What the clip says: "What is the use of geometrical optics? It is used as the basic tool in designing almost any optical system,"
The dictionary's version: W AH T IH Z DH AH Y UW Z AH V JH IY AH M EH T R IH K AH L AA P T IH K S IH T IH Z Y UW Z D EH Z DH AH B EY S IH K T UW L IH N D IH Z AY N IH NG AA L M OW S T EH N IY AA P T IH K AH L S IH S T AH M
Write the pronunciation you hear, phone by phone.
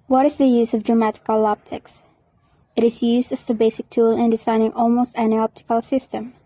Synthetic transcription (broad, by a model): W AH T IH Z DH AH Y UW Z AH V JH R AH M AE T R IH K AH L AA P T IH K S IH T IH Z Y UW Z D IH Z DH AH B EY S IH K T UW L IH N D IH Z AY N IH NG AA L M OW S T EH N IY AA P T IH K AH L S IH S T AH M